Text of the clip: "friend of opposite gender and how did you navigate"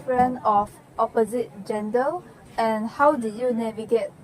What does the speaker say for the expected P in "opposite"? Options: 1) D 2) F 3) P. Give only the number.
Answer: 3